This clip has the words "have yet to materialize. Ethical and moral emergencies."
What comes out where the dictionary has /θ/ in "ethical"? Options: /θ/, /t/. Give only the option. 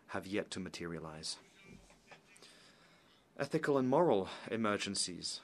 /θ/